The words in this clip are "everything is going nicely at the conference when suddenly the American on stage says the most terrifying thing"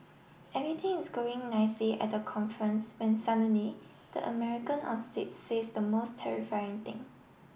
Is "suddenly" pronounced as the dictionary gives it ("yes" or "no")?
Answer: no